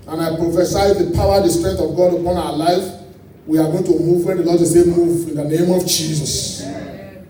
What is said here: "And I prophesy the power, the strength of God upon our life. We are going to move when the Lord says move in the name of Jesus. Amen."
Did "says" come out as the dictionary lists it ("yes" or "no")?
no